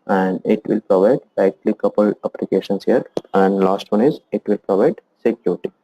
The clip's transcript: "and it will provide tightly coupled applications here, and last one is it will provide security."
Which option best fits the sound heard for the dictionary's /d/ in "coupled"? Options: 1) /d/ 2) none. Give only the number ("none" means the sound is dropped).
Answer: 2